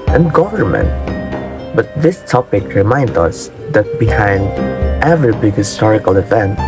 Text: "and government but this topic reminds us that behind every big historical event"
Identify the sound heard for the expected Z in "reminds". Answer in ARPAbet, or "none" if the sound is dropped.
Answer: none